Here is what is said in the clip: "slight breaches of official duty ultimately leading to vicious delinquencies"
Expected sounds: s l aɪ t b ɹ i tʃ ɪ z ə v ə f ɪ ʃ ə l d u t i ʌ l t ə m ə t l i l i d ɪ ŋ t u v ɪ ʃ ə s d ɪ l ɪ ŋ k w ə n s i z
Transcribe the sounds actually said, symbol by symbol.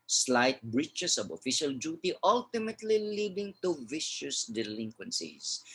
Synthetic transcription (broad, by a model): s l aɪ t b ɹ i tʃ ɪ s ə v ə f ɪ ʃ ə l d u t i ʌ l t ə m ə t l i l i d ɪ ŋ t u v ɪ ʃ ə s d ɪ l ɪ ŋ k w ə n s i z